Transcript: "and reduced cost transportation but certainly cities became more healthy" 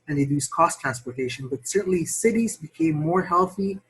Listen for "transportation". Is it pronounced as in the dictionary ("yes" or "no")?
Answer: yes